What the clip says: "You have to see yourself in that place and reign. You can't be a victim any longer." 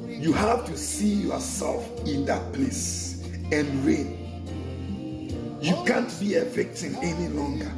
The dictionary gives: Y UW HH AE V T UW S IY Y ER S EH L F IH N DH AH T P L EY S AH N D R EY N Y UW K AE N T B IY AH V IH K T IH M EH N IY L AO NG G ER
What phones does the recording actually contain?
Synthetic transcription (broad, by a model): Y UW HH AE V T UW S IY Y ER S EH L F IH N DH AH T P L EY S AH N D R EY N Y UW K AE N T B IY AH F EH K T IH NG EH N IY L AO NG G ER